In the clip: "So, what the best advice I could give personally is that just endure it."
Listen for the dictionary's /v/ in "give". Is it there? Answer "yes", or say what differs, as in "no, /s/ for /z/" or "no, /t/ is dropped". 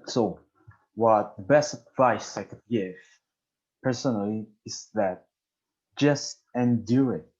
no, /f/ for /v/